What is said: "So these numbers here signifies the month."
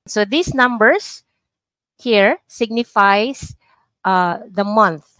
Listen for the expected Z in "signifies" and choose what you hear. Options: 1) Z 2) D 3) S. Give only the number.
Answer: 3